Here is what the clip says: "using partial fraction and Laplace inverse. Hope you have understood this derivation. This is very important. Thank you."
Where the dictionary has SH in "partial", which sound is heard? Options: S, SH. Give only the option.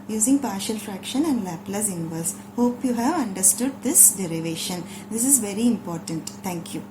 SH